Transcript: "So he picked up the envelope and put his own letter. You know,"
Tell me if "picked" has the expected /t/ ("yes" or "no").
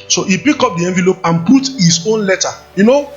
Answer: no